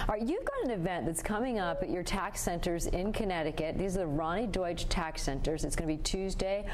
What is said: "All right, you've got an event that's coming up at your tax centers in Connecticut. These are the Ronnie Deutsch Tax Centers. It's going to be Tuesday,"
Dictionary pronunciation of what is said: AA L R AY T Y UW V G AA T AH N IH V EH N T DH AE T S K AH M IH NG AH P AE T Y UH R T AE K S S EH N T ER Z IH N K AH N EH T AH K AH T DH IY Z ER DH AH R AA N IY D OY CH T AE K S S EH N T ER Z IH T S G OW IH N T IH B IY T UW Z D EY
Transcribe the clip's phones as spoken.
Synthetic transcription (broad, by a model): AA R Y UW V G AA T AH N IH V EH N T DH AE T S K AH M IH NG AH P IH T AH R T AE K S S EH N T ER Z IH N K AH N EH T AH K AH T DH IY Z ER DH AH R AA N IY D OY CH T AE K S S EH N T ER Z IH T S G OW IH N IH B IY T UW Z D EY